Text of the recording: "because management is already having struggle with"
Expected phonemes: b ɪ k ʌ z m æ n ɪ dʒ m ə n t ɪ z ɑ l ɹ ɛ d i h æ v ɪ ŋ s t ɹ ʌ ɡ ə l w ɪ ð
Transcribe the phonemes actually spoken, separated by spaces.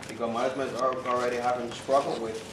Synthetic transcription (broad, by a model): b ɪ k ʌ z m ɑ ɪ z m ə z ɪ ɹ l ɹ ɛ d i h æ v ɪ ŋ s t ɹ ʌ ɡ l w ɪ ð